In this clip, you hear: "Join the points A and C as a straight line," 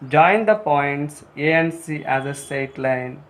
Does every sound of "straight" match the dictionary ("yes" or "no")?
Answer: no